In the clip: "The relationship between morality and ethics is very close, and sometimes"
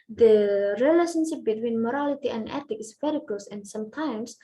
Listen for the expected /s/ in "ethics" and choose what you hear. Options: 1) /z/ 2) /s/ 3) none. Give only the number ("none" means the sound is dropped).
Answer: 3